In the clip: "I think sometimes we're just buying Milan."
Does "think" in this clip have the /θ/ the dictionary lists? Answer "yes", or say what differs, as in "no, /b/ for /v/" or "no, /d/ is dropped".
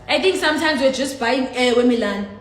no, /t/ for /θ/